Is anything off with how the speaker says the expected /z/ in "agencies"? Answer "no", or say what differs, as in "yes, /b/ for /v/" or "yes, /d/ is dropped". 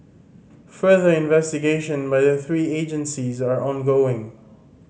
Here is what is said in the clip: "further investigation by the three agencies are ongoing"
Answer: no